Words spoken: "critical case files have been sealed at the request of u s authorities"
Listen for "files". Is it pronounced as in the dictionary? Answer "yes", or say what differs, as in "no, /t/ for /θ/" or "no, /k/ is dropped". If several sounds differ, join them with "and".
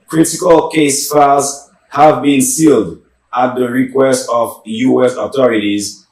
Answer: no, /l/ is dropped